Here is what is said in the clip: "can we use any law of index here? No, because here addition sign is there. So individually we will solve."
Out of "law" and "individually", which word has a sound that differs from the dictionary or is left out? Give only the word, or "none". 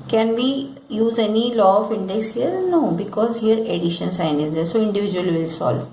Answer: individually